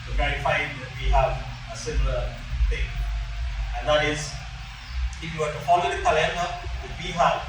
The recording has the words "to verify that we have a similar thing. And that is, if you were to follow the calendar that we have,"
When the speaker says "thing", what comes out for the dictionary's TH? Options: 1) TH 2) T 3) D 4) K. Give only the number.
2